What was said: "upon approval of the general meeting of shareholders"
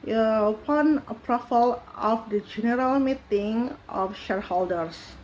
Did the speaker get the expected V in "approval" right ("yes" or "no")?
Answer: no